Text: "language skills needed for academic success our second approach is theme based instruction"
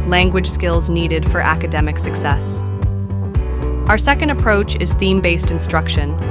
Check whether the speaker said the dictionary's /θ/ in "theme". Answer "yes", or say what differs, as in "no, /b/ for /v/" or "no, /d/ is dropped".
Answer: yes